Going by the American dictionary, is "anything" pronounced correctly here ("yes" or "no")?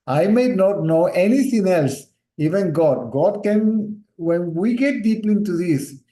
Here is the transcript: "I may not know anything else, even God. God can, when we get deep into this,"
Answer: no